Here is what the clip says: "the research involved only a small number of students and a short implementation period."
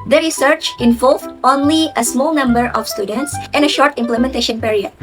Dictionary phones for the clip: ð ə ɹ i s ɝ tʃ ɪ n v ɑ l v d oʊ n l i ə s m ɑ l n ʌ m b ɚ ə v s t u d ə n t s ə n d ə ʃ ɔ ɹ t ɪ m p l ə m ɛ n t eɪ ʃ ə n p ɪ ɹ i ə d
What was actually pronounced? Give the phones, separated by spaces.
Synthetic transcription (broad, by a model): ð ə ɹ i s ɝ tʃ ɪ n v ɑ l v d oʊ n l i ə s m ɑ l n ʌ m b ɚ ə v s t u d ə n t s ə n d ə ʃ ɔ ɹ t ɪ m p l ə m ɛ n t eɪ ʃ ə n p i ɹ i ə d